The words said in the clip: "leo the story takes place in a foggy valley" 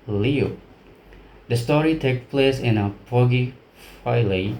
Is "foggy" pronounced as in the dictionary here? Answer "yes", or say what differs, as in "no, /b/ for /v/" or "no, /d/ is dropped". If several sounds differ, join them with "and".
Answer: no, /p/ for /f/